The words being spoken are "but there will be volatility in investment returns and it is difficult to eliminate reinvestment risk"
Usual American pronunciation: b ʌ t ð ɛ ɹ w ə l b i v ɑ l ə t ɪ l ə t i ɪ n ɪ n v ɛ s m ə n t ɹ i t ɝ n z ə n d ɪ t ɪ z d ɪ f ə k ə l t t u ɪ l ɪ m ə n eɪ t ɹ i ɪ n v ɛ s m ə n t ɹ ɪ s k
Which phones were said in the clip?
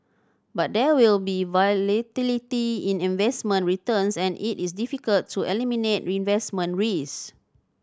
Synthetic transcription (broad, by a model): b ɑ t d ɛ w ə l b i v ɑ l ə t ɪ l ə t i ɪ n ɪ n v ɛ s m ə n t ɹ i t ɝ n s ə n ɪ t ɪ s d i f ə k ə l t t u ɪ l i m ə n eɪ t ɹ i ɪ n v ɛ s m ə n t ɹ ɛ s